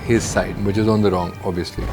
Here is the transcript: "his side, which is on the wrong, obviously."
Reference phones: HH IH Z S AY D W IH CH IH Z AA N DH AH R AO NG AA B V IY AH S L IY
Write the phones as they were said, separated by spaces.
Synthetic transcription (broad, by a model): HH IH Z S AY D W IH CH IH Z AA N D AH R AO NG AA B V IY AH S L IY